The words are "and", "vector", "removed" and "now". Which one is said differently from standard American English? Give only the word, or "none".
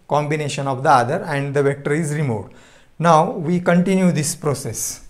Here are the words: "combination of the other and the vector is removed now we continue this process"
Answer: none